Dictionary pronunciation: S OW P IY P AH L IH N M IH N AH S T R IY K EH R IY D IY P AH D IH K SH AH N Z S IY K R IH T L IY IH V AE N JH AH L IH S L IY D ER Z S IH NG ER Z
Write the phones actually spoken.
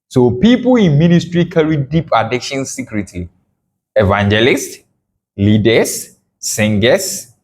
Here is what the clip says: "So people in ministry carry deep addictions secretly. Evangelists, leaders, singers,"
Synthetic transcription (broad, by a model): S OW P IY P AH L IH N M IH N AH S T R IY K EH R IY D IY P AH D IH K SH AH N S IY K R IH T IY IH V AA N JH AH L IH S L IY D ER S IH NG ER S